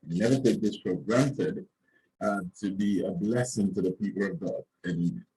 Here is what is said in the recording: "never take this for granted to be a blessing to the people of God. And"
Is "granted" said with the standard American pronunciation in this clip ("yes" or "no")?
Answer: yes